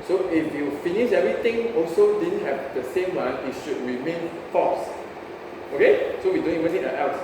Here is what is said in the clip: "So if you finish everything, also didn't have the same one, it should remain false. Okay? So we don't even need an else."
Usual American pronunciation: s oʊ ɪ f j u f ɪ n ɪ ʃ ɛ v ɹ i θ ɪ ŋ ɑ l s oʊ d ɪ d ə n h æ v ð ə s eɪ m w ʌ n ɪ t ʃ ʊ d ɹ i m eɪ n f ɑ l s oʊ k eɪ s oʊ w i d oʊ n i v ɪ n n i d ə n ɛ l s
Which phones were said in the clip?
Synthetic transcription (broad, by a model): s oʊ ɪ f j u f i n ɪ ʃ ɛ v ɹ i t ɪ ŋ ɑ l s oʊ d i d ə n h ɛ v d ə s eɪ m w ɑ n ɪ t ʃ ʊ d ɹ i m eɪ n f ɑ s oʊ k eɪ s oʊ w i d oʊ n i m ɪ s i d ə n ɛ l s